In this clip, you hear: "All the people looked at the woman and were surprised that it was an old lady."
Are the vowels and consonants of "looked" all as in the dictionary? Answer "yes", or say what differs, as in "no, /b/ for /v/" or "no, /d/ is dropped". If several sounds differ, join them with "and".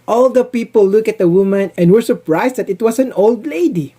no, /t/ is dropped